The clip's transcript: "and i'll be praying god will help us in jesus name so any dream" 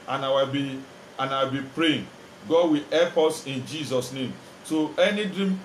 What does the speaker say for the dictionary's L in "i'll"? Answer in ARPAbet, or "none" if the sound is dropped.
W